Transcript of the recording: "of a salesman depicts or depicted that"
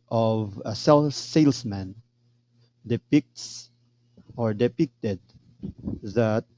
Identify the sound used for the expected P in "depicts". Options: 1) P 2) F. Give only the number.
1